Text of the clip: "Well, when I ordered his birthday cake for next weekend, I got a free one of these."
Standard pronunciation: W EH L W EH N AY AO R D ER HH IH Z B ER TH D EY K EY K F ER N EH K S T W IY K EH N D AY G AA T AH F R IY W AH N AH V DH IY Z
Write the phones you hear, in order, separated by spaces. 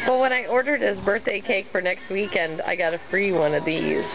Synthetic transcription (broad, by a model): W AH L W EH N AY AO R D ER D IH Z B ER TH D EY K EY K F ER N EH K S T W IY K EH N D AY G AA T AH F R IY W AH N AH V DH IY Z